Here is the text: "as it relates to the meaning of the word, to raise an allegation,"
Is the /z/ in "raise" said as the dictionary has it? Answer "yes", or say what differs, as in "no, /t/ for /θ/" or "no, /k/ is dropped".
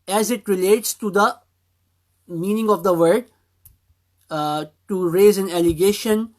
yes